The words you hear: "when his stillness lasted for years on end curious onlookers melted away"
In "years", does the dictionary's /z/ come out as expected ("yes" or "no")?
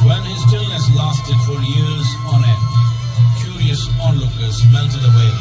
yes